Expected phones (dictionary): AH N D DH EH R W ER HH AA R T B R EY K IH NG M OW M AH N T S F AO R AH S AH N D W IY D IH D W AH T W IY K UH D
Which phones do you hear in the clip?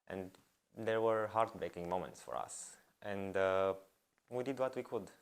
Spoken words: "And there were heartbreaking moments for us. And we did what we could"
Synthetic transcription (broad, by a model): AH N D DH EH R W ER HH AA R T B R EY K IH NG M OW M AH N T S F AO R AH S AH N D W IY D IH D W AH T W IY K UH D